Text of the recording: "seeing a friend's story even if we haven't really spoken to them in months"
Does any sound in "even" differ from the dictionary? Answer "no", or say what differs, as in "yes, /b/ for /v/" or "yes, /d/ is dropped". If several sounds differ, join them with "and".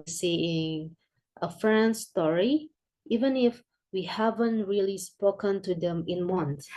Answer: no